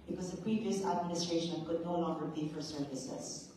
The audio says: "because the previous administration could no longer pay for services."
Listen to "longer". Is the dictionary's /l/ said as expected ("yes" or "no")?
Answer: no